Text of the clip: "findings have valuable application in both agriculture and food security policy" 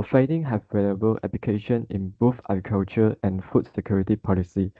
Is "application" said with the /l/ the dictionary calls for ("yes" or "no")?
no